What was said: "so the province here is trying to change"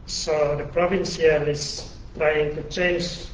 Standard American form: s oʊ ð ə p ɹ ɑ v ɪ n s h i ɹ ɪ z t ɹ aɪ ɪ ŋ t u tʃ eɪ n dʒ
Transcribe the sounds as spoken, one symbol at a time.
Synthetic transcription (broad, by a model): s oʊ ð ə p ɹ ɑ v ɪ n s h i l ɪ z t ɹ aɪ ɪ ŋ t u tʃ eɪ n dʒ